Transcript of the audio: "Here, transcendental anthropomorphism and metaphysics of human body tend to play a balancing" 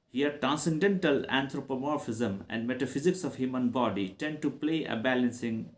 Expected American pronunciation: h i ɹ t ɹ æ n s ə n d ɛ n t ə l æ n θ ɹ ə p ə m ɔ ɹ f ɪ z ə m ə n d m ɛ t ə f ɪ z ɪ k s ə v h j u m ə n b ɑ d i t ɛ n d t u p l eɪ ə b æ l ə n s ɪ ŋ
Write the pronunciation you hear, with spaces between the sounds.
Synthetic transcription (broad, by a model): h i ɹ t ɹ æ n s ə n d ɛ n t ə l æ n t ɹ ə p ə m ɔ ɹ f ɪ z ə m ə n d m ɛ t ə f ɪ z ɪ k s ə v h j u m ə n b ɑ d i t ɛ n d t u p l eɪ ə b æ l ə n s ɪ ŋ